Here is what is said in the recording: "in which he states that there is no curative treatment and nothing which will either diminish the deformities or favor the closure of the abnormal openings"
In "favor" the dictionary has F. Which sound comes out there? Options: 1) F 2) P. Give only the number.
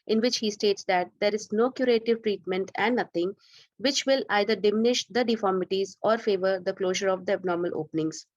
1